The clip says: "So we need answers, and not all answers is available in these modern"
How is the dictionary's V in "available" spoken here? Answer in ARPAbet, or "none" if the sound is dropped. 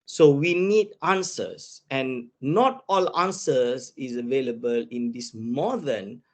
V